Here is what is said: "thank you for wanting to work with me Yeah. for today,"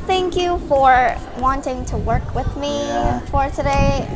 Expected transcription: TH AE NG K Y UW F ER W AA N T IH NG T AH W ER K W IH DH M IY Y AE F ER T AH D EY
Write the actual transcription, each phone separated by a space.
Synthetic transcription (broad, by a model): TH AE NG K Y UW F ER W AA N T IH NG T AH W ER K W IH DH M IY F ER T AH D EY